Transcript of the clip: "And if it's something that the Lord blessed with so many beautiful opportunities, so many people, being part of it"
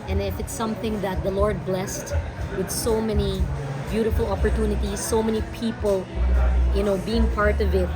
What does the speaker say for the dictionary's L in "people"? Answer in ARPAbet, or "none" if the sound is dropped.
N